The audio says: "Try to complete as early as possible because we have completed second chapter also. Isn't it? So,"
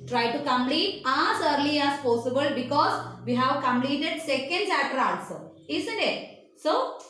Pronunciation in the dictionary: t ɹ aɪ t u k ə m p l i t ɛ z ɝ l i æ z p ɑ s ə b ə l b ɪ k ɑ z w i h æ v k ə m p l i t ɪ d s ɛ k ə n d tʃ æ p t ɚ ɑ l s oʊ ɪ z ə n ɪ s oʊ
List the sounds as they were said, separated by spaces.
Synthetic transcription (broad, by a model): t ɹ aɪ t u k ə m p l i t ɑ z ɝ l i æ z p ɑ s ə b ə l b ɪ k ɑ z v i h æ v k ə m p l i t ɪ d s ɛ k ə n d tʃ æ t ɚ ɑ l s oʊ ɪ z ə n ɪ s oʊ